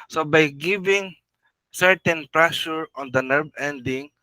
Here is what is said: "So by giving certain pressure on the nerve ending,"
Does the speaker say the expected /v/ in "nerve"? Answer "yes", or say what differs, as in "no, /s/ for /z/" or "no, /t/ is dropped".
no, /b/ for /v/